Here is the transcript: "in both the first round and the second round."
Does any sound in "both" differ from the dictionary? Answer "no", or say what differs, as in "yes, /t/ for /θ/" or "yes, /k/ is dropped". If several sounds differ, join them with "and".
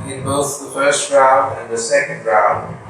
no